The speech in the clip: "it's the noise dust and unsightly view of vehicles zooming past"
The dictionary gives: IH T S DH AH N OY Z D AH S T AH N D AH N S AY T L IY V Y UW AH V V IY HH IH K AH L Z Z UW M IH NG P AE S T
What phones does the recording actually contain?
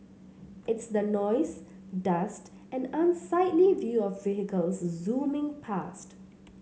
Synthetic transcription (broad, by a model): IH T S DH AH N OY Z D AH S T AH N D AH N S AY T L IY V Y UW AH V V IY HH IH K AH L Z Z UW M IH NG P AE S T